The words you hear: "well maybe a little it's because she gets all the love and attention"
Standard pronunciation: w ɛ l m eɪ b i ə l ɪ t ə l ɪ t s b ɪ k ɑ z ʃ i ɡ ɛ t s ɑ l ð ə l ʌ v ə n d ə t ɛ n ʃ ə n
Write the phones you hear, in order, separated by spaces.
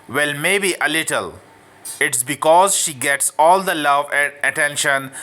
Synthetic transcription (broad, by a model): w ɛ l m eɪ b i ə l ɪ t ə l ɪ t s b ɪ k ɑ z ʃ i ɡ ɛ t s ɑ l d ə l ʌ v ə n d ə t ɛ n ʃ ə n